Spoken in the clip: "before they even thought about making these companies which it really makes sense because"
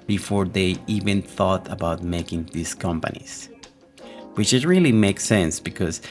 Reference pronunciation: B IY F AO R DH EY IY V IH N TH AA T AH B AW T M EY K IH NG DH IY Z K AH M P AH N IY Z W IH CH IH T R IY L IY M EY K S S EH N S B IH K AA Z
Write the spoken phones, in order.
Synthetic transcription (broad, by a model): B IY F AO R DH EY IY V IH N TH AA T AH B AW T M EY K IH NG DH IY S K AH M P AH N IY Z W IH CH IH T R IY L IY M EY K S S EH N S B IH K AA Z